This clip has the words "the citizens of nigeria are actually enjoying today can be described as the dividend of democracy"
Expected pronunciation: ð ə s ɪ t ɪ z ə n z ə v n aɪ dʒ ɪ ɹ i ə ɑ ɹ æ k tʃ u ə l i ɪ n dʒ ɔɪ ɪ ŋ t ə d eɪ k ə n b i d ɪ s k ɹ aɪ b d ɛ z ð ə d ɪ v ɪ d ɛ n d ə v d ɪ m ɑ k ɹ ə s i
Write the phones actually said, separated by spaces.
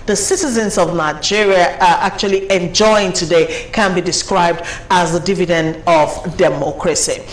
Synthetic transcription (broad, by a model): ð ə s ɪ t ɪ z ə n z ə v n aɪ dʒ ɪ ɹ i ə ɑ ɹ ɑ k tʃ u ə l i ɪ n dʒ ɔɪ ɪ ŋ t ə d eɪ k ə n b i d ɪ s k ɹ aɪ b d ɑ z ð ə d ɪ v ɪ d ɛ n d ə v d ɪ m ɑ k ɹ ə s i